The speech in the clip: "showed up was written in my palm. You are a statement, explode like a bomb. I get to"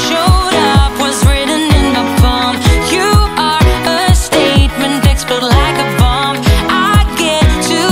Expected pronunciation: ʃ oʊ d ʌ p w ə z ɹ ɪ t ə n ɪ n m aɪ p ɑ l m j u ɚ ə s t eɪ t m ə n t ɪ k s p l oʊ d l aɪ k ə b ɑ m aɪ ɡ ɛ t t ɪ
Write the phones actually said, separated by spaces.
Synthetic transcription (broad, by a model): ʃ oʊ d ʌ p w ə z ɹ ɪ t n ɪ n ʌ b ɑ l m j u ɚ ə s t eɪ t m ə n t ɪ k s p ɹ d l aɪ k ə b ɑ m aɪ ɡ ɛ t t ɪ